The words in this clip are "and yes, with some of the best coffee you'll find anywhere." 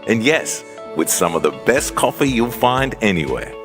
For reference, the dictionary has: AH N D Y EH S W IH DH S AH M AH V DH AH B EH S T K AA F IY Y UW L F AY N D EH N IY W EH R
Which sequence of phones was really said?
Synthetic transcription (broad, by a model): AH N Y EH S W IH DH S AH M AH V DH AH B EH S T K AA F IY Y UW L F AY N D EH N IY W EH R